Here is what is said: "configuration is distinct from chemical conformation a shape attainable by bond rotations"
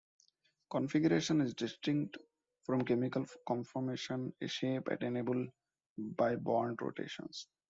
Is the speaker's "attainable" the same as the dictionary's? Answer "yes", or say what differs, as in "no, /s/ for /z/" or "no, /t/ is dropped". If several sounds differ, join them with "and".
yes